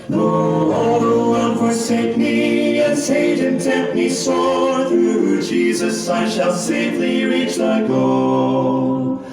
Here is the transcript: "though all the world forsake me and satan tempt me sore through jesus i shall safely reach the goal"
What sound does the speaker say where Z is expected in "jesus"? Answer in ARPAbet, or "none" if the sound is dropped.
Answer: Z